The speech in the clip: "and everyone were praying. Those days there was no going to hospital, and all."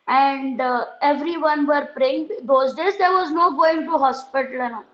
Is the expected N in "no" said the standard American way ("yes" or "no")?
yes